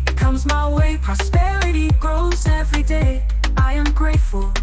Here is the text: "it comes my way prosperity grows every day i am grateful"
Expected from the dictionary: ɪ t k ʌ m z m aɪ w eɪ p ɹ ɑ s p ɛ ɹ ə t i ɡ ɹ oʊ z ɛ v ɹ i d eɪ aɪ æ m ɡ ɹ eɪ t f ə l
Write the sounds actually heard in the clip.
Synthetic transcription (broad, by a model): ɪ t k ʌ m z m aɪ w eɪ p ɹ ɑ s p ɛ ɹ ə t i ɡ ɹ oʊ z ɛ v ɹ i d eɪ aɪ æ m ɡ ɹ eɪ t f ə l